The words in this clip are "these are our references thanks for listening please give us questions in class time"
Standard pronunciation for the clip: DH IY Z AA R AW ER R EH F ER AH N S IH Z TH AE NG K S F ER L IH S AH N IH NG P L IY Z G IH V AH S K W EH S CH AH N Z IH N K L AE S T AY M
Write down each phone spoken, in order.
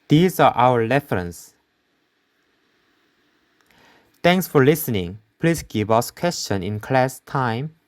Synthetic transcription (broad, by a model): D IY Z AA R AW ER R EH F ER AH N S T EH NG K S F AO L IH S AH N IH NG P L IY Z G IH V AH S K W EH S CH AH N IH N K L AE S T AY M